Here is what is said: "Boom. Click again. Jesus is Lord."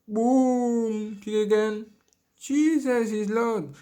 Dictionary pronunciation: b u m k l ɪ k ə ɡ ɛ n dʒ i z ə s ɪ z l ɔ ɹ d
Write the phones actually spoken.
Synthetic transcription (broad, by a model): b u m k i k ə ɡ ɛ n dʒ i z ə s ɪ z l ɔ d